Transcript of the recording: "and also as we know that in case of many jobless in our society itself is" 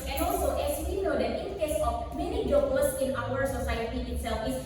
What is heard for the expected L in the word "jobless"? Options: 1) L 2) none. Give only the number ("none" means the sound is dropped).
2